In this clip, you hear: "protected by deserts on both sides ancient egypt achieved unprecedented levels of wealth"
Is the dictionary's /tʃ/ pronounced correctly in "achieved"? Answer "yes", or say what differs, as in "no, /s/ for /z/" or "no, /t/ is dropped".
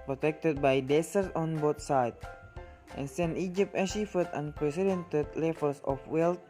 no, /ʃ/ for /tʃ/